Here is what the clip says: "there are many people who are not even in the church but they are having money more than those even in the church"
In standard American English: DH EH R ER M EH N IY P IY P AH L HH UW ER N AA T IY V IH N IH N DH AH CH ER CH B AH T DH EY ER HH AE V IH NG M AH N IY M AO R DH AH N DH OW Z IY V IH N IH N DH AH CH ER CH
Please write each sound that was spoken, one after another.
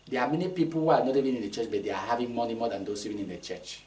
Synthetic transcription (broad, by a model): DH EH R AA M EH N IY P IY P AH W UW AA N AA T IY V IH N IH N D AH CH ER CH B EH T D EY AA HH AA V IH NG M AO N IY M AO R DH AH N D OW S IY V IH N IH N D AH CH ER CH